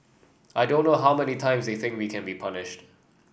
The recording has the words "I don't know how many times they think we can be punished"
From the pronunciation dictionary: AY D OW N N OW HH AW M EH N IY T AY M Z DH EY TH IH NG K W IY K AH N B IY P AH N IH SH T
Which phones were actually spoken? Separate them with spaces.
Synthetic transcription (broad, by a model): AY D OW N N OW HH AW M EH N IY T AY M Z DH EY TH IH NG K W IY K AH N B IY P AH N IH SH T